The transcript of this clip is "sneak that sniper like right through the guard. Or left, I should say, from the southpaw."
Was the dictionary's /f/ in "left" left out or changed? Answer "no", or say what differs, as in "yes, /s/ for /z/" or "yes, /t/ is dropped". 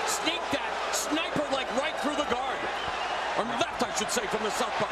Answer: yes, /f/ is dropped